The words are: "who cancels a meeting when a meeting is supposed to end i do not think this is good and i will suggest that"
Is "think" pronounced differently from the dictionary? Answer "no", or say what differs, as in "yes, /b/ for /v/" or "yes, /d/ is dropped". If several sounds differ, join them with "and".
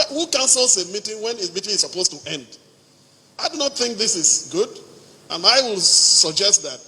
no